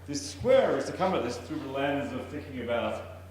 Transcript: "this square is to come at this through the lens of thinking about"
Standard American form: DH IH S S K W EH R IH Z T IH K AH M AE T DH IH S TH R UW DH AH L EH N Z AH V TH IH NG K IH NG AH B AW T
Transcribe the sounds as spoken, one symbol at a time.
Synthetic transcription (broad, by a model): DH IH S S K W EH R IH Z T IH K AH M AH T DH IH S TH R UW DH AH L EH N Z AH V TH IH NG K IH NG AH B AW T